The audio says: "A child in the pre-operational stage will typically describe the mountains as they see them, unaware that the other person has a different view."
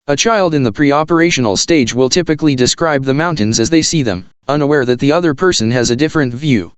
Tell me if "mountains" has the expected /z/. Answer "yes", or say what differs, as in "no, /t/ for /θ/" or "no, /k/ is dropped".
yes